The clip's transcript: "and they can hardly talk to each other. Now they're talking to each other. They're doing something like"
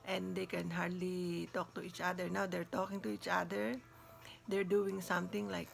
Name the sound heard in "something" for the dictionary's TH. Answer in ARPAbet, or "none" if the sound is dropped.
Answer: T